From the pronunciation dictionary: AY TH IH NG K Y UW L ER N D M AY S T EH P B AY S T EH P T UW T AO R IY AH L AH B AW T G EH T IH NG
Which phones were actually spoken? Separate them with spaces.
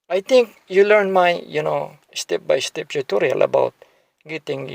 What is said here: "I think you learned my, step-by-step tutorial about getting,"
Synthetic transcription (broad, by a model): AY T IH NG K Y UW L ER N M AY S T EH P B AY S T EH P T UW T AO R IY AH L AH B AW T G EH T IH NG